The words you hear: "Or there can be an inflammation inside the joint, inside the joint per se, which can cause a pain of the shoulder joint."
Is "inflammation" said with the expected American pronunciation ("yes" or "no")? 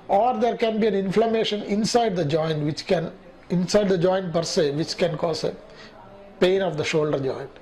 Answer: yes